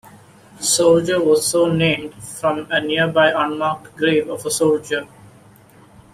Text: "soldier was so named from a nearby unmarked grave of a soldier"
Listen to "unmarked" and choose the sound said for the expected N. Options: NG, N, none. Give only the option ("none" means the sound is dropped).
N